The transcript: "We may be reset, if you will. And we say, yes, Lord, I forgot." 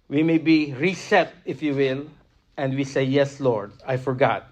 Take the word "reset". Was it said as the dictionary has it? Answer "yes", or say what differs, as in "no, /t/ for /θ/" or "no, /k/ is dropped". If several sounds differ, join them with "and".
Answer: yes